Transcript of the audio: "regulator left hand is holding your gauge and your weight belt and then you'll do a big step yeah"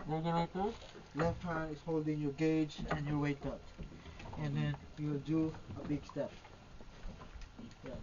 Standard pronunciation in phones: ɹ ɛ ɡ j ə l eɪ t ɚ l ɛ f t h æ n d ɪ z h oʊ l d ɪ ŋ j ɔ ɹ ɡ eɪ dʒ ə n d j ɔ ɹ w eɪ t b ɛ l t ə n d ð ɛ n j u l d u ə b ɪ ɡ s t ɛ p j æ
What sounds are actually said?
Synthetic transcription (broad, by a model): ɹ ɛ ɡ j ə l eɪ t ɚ l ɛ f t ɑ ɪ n ɪ s h oʊ l d ɪ ŋ j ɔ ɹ ɡ eɪ dʒ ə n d j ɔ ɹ w eɪ t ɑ t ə n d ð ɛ n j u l d u ə b ɪ ɡ s t ɛ p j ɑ